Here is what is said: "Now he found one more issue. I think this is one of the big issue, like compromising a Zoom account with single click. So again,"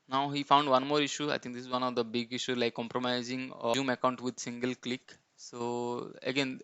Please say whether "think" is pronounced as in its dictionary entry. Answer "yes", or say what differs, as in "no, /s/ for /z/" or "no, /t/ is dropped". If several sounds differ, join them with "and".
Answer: no, /t/ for /θ/